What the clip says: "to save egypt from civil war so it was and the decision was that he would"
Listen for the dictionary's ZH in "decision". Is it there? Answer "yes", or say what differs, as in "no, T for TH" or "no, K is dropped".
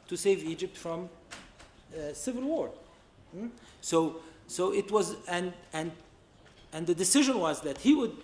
yes